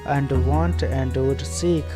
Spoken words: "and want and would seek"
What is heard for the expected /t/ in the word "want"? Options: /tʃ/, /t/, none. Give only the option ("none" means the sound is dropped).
/t/